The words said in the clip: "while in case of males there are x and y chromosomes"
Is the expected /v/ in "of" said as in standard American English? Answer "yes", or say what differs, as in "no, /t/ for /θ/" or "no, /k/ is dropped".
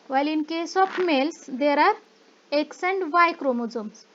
no, /p/ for /v/